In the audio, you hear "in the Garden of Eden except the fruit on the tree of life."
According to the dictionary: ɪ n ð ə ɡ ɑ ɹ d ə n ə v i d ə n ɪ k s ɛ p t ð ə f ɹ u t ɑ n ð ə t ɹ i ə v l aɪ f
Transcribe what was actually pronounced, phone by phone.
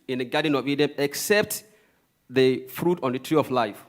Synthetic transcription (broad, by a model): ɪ n ð ə ɡ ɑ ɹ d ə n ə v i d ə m ɪ k s ɛ p t ð ə f ɹ u t ɑ n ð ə t ɹ i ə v l aɪ f